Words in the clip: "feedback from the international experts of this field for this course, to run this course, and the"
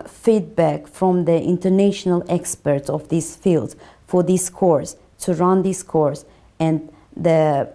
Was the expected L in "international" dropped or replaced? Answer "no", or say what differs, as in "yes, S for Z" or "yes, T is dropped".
no